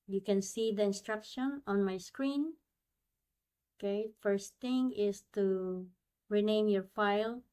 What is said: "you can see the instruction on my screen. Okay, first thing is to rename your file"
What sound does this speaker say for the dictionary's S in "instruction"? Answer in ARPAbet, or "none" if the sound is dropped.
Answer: S